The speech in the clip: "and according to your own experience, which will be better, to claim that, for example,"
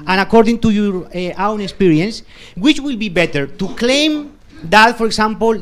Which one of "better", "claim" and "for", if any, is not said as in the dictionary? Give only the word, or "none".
none